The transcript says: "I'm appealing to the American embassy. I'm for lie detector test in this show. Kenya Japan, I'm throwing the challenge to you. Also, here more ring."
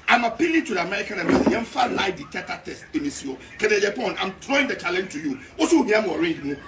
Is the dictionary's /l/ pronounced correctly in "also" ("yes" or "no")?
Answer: no